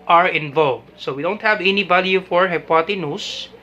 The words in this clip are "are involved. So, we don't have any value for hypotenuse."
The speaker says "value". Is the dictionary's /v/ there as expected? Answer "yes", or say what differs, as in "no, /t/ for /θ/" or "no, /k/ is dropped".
no, /b/ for /v/